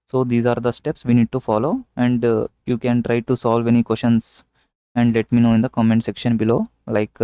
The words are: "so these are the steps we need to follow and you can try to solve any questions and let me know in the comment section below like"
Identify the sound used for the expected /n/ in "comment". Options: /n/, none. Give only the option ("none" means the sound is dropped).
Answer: /n/